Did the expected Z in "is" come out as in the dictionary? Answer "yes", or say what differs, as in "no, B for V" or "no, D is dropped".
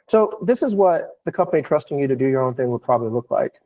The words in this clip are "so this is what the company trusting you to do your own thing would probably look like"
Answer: yes